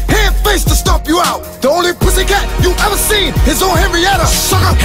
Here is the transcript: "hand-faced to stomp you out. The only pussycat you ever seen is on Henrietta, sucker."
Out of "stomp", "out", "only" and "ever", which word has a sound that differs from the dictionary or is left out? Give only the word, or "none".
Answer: stomp